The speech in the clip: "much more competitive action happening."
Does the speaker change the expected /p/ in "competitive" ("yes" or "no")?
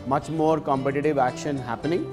no